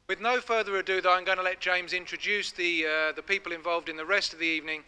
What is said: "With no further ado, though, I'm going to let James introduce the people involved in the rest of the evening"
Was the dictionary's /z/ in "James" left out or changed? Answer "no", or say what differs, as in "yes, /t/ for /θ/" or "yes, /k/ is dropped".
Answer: no